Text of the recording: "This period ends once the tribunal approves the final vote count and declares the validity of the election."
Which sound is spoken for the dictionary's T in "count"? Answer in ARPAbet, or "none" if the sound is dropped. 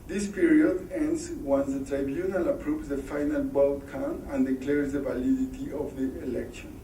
none